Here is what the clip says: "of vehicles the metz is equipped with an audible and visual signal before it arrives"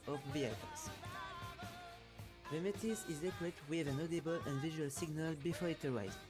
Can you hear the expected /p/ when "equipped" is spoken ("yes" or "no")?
no